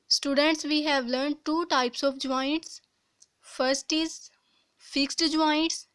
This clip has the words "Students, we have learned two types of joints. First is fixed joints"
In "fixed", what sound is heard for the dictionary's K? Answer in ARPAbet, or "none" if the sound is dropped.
K